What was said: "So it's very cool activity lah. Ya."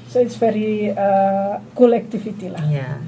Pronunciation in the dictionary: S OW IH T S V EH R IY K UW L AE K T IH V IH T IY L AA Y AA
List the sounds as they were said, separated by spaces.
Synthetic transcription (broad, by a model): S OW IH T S F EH R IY K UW L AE K T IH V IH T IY L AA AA